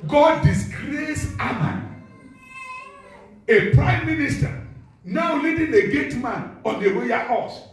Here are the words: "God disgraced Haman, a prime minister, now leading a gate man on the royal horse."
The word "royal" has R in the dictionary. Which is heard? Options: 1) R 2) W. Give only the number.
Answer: 2